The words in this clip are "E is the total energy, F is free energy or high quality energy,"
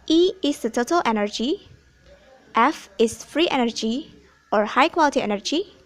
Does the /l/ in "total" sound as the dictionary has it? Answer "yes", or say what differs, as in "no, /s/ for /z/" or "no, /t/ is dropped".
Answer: yes